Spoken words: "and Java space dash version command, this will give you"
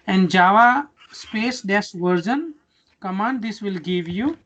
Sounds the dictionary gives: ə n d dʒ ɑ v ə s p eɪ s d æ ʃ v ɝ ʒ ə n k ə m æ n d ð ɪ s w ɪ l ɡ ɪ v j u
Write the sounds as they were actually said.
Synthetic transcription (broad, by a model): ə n d dʒ ɑ v ə s p eɪ s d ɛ s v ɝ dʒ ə n k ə m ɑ n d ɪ s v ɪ l ɡ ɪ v j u